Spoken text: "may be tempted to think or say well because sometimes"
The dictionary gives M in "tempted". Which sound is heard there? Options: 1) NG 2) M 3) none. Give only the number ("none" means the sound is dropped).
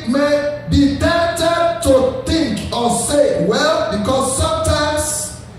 3